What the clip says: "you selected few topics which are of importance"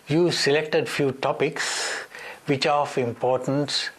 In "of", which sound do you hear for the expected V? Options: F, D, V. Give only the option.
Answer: F